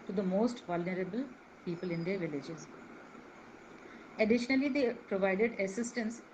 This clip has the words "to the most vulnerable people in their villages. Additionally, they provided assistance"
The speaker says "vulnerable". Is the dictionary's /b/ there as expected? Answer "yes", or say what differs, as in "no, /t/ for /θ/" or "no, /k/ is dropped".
yes